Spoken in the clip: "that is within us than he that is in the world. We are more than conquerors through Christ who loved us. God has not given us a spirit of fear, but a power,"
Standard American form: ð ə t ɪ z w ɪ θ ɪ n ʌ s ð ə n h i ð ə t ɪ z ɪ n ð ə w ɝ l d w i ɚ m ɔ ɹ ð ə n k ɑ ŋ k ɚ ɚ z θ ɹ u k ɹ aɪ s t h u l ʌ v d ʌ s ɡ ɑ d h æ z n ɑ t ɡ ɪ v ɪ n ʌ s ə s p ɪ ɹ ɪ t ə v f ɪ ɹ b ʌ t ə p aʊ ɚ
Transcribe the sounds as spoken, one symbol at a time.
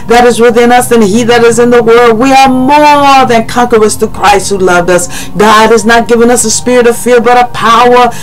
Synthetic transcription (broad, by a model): ð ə t ɪ z w ɪ θ ɪ n ʌ s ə n i ð ə t ɪ z ɪ n ð ə w ɝ l d w i ɚ m ɔ ɹ ð ə n k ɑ ŋ k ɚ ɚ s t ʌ k ɹ aɪ s t h u l ʌ v d ʌ s ɡ ɑ d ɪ z n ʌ t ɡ ɪ v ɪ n ʌ s ə s p ɪ ɹ ɪ t ə v f ɪ ɹ b ʌ t ə p aʊ ɚ